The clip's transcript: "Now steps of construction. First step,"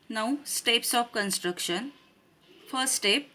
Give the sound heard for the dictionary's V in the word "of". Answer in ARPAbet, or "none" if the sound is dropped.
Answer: P